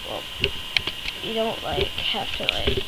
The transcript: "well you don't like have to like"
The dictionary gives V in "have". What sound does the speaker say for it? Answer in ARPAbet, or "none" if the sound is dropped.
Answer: F